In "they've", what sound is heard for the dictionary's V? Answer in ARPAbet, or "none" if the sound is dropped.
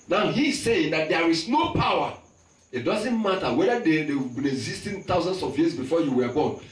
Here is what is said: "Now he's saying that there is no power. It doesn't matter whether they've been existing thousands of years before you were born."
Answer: W